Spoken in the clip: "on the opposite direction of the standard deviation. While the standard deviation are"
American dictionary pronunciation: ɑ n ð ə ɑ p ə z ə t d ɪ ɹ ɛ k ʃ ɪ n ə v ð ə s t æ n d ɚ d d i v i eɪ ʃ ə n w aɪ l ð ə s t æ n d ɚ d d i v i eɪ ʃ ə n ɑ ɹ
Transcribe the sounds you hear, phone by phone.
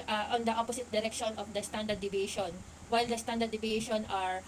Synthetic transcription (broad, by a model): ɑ n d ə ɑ p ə s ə t d ɪ ɹ ɛ k ʃ ɪ n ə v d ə s t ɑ n d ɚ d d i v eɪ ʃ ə n w aɪ l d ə s t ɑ n d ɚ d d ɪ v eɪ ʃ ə n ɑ ɹ